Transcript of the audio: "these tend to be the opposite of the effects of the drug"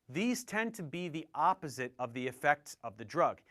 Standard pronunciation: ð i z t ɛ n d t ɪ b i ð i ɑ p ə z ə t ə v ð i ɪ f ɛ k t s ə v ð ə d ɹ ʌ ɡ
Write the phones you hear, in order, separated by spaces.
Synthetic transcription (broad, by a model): ð i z t ɛ n t ɪ b i ð i ɑ p ə z ə t ə v ð i ɪ f ɛ k t s ə v ð ə d ɹ ʌ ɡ